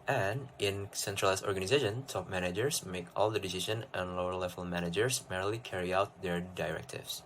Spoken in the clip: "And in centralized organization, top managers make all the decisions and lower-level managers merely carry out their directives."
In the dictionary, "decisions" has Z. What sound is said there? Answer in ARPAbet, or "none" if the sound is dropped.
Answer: none